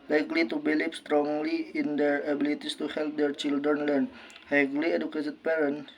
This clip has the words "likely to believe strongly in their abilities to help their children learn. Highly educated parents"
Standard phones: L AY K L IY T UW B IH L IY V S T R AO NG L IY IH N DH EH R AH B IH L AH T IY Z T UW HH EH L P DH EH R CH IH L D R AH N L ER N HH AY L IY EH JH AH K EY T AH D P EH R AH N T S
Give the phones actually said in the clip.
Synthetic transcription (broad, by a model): L AY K L IY T UW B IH L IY P S T R AO NG L IY IH N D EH R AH B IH L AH T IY S T UW HH EH L P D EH R CH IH L D R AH N L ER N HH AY L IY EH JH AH K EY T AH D P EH R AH N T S